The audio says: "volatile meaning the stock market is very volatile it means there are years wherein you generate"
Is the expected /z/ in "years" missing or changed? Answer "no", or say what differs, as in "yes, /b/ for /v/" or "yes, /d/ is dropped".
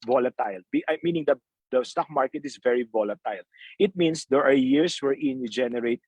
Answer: yes, /s/ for /z/